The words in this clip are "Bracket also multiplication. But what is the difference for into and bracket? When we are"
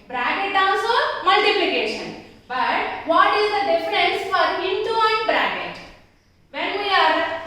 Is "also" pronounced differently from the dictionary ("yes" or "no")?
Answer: yes